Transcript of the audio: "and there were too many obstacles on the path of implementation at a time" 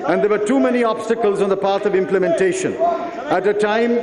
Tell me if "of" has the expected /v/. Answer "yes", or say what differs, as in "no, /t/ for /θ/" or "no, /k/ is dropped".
yes